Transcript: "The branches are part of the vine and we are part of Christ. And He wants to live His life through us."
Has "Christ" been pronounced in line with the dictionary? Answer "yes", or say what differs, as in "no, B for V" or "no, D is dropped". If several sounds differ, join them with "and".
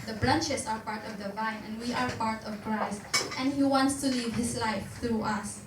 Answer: yes